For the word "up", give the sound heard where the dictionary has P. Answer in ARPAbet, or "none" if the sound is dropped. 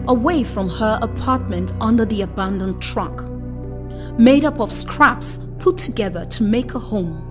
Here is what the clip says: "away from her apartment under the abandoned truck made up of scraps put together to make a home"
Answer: P